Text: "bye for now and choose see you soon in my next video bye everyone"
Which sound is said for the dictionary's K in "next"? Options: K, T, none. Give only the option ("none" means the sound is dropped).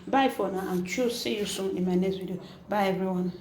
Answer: none